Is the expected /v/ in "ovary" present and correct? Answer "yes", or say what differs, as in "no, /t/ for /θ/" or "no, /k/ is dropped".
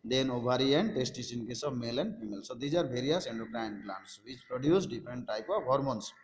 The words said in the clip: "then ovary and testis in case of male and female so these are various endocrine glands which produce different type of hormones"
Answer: no, /b/ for /v/